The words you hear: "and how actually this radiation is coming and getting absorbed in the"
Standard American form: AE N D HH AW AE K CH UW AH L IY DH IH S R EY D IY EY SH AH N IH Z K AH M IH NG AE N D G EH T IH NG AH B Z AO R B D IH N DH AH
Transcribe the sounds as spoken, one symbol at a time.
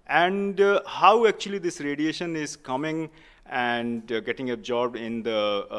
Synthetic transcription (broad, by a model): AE N D HH AW AE K CH UW AH L IY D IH S R EY D IY EY SH AH N IH Z K AH M IH NG AE N D G EH T IH NG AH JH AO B IH N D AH